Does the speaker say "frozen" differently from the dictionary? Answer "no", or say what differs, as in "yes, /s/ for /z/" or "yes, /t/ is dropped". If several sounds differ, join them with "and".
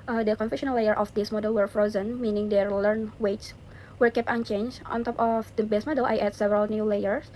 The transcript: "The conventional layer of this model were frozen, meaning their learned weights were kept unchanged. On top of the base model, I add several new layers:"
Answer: no